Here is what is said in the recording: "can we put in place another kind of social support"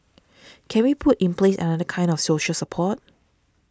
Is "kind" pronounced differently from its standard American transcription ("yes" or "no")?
no